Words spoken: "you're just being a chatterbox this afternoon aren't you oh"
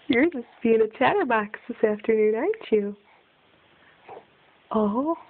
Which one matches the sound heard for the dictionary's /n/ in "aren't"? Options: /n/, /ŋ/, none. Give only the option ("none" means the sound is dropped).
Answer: none